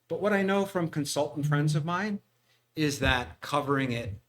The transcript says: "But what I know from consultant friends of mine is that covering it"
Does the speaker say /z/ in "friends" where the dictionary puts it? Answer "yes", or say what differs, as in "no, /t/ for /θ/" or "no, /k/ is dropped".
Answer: yes